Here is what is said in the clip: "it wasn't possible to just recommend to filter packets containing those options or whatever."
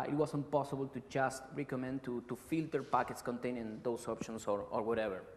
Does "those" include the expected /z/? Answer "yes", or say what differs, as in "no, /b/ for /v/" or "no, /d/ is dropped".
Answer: no, /s/ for /z/